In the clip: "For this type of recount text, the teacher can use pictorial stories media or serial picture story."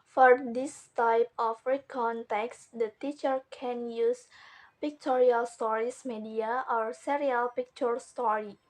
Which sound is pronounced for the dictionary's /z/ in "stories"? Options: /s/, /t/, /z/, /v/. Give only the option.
/s/